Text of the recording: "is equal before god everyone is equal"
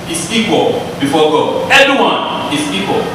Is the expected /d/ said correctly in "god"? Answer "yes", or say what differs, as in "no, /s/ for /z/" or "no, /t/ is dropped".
no, /d/ is dropped